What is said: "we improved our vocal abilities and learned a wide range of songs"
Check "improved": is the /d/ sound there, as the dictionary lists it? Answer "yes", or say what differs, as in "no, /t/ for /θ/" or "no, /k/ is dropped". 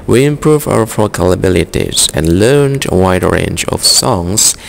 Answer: no, /d/ is dropped